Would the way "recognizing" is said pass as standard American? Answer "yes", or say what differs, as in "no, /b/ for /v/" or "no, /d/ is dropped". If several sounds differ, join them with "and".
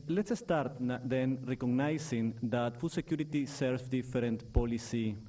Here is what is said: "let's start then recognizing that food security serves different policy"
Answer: no, /s/ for /z/